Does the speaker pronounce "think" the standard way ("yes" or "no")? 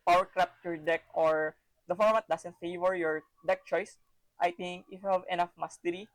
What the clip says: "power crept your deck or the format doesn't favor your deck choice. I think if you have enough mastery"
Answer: no